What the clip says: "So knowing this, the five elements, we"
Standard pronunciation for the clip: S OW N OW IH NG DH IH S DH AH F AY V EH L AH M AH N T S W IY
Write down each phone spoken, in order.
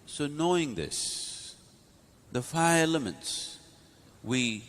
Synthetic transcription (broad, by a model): S OW N OW IH NG DH IH S DH AH F AY EH L AH M AH N T S W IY